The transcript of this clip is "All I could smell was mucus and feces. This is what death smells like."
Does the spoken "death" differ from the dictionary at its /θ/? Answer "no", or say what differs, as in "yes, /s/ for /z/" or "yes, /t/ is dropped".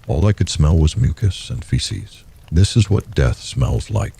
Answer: no